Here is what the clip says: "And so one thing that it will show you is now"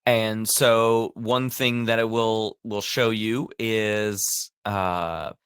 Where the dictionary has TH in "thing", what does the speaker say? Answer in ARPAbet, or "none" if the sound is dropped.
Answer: TH